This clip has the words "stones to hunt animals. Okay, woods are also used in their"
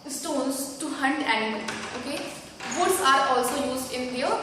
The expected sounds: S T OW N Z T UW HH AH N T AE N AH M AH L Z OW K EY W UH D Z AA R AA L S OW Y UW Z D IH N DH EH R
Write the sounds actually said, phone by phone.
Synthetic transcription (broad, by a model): S T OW N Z T UW HH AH N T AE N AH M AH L OW K EY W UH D S AA R AA L S OW Y UW Z D IH N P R